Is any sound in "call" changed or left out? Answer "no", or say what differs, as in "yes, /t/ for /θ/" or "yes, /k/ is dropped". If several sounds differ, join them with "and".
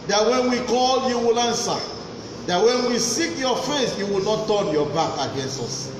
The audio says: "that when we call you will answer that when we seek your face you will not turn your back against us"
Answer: no